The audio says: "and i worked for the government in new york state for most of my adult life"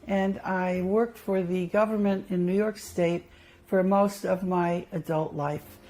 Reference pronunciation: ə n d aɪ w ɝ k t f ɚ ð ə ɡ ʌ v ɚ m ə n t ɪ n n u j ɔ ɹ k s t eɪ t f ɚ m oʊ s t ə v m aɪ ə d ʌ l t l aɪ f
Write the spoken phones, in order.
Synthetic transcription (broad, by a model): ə n aɪ w ɝ k t f ɚ ð ə ɡ ʌ v ɚ m ə n t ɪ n n u j ɔ ɹ k s t eɪ t f ɚ m oʊ s t ə v m aɪ ə d ʌ l t l aɪ f